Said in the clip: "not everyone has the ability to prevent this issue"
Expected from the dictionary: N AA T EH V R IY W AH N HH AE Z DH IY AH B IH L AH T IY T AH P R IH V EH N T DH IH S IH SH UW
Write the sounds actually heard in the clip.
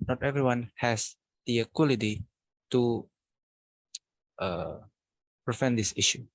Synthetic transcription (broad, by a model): N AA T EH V R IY W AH N HH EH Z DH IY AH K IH L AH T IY T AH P R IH F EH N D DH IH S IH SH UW